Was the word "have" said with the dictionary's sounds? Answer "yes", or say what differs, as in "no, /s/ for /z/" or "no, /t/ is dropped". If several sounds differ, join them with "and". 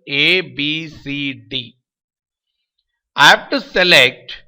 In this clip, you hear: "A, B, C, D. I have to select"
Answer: no, /f/ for /v/